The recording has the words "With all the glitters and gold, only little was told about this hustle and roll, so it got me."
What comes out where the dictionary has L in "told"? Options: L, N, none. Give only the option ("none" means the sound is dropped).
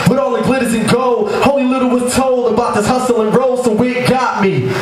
L